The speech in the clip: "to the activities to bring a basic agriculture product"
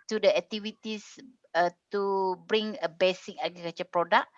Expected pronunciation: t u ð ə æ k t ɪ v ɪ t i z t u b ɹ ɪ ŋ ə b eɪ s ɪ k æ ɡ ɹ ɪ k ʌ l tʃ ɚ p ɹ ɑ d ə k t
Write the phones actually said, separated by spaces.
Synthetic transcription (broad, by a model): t u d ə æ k t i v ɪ t i s t u b ɹ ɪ ŋ ə b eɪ s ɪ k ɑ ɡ ɪ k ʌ tʃ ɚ p ɹ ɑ d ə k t